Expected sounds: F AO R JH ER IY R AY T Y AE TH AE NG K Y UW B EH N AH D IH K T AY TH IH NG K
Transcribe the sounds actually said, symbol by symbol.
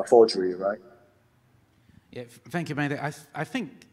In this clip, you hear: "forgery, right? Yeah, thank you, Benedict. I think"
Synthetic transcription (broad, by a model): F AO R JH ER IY R AY T Y AE TH AE NG K Y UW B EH AH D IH T AY TH IH NG K